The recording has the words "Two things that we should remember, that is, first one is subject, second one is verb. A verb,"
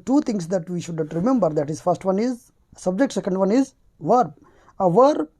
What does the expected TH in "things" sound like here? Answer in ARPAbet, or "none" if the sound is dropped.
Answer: T